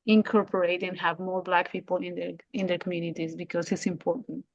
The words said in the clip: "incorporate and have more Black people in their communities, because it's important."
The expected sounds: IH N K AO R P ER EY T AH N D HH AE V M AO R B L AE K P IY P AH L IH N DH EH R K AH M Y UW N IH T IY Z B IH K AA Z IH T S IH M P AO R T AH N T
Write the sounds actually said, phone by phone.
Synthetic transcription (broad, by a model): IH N K AO R P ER EY T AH N HH AE V M AO R B L AE K P IY P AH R IH N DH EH R K AH M Y UW N IH T IY Z B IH K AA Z IH T S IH M P AO R T N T